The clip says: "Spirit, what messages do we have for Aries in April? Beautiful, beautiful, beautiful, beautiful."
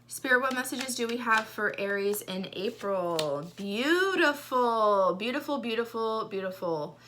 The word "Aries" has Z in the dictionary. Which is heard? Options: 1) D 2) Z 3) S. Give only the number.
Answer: 2